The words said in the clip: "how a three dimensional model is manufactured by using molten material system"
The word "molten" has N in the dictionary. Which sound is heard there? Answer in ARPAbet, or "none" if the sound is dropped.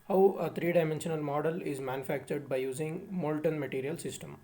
N